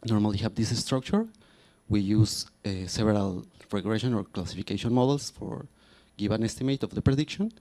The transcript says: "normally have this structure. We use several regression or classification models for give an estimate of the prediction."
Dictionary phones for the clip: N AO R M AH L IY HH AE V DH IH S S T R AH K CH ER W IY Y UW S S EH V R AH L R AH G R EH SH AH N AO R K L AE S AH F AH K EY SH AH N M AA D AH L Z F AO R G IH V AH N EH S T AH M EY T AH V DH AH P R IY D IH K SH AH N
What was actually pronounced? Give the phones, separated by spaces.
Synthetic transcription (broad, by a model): N AO R M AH L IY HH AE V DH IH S S T R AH K CH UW W IY Y UW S S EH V R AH L R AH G R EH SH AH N AO R K L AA S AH F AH K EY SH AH N M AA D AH L S F AO R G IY B AH N EH S T AH M EY T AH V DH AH P R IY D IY K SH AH N